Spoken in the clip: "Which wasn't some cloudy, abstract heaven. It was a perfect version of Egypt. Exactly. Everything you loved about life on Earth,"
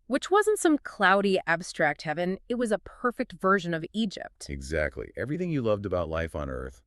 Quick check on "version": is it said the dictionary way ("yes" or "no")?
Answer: yes